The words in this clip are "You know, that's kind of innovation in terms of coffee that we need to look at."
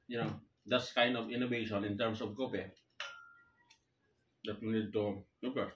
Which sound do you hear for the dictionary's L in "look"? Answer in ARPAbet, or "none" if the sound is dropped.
N